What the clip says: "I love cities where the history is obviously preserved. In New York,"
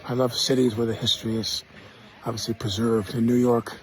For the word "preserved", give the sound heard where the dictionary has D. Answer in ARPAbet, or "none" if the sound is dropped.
D